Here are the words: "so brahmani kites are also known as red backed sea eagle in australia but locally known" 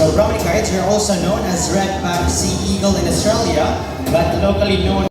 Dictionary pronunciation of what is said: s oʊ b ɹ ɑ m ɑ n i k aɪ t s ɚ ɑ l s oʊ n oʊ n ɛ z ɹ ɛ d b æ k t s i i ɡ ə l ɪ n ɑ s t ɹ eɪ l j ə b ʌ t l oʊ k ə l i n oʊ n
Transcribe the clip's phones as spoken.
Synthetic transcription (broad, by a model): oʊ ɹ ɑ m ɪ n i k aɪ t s ɚ ɑ l s oʊ n oʊ n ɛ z ɹ ɛ d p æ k s i i ɡ ə l ɪ n ɑ s t ɹ eɪ l j ə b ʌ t l oʊ k ə l i n oʊ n